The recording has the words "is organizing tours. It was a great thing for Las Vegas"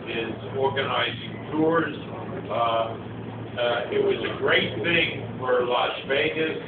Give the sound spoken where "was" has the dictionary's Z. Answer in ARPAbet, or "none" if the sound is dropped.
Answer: Z